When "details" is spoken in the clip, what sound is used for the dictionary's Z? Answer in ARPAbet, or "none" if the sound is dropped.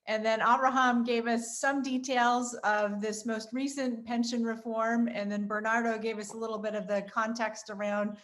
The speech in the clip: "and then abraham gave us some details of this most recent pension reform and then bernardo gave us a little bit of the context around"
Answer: Z